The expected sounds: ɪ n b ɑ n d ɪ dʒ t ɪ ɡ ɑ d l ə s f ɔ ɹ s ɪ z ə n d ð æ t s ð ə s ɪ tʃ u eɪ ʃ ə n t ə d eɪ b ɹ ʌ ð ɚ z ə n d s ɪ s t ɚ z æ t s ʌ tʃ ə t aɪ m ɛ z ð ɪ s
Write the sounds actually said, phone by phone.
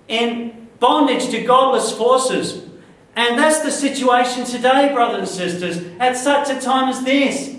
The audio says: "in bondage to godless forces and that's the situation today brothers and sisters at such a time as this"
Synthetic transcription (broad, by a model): ɪ n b ɑ n d ɪ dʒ t ɪ ɡ ɑ d l ə s f ɔ ɹ s ɪ z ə n ð æ t s ð ə s ɪ tʃ u eɪ ʃ ə n t ə d eɪ b ɹ ʌ ð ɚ ə n s ɪ s t ɚ z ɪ t s ʌ tʃ ə t aɪ m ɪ z ð ɪ s